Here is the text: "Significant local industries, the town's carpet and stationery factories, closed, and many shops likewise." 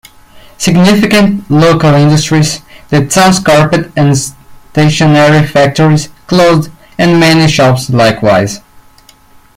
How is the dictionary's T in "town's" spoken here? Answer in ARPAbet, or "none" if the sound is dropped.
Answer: S